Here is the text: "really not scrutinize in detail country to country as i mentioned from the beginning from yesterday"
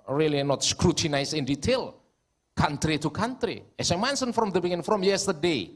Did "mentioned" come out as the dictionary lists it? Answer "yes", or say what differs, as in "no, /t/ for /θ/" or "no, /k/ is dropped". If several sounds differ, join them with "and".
no, /s/ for /ʃ/